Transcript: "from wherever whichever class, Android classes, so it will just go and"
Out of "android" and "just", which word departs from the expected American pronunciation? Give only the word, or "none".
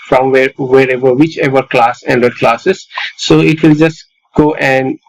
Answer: android